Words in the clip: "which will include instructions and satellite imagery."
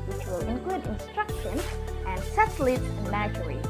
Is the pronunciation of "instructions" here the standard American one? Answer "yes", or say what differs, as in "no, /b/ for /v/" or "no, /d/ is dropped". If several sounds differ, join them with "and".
yes